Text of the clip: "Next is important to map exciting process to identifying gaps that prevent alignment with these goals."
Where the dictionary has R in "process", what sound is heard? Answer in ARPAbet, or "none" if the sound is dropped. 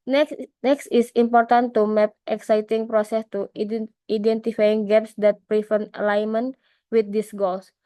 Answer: R